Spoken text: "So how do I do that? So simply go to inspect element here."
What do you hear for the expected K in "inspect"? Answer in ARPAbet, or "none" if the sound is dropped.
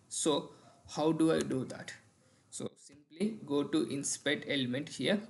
none